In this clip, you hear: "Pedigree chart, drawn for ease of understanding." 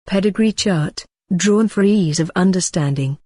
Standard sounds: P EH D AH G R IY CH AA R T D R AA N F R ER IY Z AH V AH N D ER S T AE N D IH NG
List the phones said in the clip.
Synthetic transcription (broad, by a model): P EH D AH G R IY CH AA R T D R AA N F R ER IY Z AH V AH N D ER S T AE N D IH NG